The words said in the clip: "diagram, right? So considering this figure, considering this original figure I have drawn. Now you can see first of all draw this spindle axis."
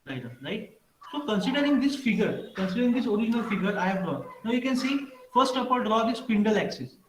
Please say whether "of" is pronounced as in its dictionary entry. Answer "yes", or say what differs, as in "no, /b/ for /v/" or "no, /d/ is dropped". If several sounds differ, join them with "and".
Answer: no, /p/ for /v/